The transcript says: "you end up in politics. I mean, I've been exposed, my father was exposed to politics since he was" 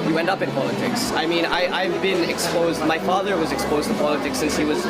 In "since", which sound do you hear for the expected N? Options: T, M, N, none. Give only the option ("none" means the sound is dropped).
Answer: N